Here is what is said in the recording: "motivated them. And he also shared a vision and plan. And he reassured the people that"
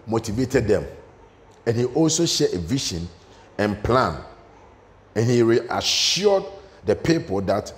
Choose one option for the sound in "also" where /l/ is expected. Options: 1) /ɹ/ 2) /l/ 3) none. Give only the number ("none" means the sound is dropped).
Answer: 2